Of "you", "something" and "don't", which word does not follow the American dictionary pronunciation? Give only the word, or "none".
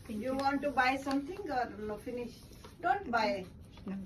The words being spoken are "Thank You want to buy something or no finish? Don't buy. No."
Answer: something